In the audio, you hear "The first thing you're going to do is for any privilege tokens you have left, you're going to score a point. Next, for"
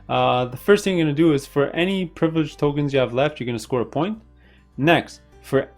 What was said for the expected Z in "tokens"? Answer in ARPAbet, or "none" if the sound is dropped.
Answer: Z